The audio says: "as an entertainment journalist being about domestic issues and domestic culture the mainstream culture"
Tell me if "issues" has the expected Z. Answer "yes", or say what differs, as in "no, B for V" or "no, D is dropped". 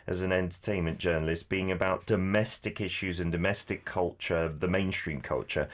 yes